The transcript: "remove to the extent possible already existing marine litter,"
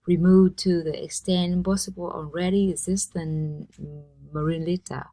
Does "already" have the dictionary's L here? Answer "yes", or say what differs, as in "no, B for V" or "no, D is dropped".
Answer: no, N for L